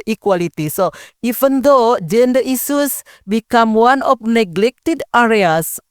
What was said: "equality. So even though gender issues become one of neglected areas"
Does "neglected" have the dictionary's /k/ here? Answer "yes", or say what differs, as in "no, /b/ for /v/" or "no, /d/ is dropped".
yes